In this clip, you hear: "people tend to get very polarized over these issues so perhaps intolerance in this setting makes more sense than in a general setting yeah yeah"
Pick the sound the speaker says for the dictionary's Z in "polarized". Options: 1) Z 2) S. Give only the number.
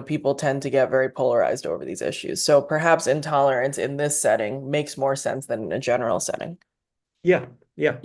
1